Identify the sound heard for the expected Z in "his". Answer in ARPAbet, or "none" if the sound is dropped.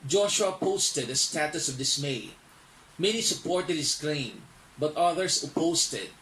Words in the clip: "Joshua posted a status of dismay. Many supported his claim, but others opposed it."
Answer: S